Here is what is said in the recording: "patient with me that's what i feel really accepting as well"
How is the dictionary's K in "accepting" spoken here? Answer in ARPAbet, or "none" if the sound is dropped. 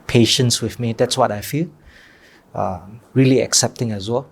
K